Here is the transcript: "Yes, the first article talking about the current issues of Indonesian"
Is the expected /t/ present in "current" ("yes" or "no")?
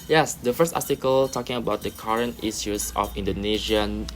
yes